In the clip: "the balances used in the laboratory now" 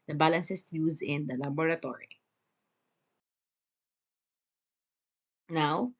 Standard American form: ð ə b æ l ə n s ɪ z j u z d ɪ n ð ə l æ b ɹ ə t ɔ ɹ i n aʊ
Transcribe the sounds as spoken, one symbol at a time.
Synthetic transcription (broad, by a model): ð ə b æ l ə n s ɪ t j u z ɪ n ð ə l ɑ b ɹ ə t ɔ ɹ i n aʊ